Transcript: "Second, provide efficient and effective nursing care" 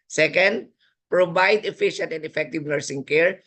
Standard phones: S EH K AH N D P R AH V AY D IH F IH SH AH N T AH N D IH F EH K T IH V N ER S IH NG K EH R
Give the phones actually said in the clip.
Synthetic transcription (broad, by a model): S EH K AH N D P R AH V AY D IH F IH SH AH N T AH N D IH F EH K T IH V N ER S IH NG K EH R